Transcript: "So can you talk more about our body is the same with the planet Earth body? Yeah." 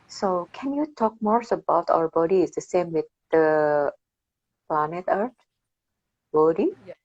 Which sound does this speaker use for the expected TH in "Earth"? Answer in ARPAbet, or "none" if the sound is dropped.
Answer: T